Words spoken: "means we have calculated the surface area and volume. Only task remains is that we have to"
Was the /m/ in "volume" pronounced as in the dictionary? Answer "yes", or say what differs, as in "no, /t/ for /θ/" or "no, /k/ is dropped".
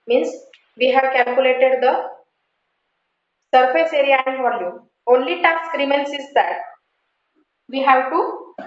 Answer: yes